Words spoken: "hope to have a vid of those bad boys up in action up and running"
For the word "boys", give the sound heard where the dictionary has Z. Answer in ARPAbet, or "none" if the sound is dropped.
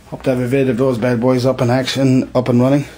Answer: Z